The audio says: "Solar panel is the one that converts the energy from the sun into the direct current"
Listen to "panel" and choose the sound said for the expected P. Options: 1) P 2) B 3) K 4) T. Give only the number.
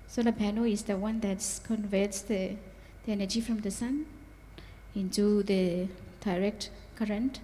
2